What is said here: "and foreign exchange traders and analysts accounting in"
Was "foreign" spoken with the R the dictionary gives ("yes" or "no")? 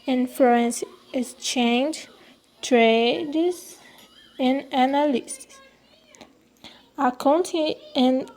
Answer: no